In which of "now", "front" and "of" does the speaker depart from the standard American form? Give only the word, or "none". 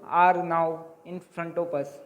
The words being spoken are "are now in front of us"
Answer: of